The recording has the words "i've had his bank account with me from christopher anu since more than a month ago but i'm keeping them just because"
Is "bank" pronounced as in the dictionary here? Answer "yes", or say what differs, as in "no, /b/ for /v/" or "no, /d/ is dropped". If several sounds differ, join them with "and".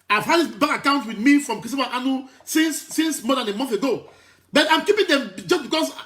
no, /ŋ/ is dropped